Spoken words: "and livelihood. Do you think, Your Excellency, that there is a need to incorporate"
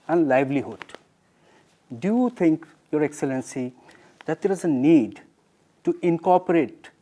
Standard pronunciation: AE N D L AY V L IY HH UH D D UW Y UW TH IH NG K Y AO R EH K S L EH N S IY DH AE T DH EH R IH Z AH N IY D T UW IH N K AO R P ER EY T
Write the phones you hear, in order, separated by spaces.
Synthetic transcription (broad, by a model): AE N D L AY V L IY HH UH D D UW Y UW T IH NG K Y AO R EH K S L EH N S IY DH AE T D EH R IH Z AH N IY D T UW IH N K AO R P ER EY T